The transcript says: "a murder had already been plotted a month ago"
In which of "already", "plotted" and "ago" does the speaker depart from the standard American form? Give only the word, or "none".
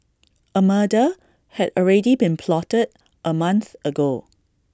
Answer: none